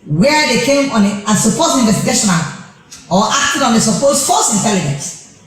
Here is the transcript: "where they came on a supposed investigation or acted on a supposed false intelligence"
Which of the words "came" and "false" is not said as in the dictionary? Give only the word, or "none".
false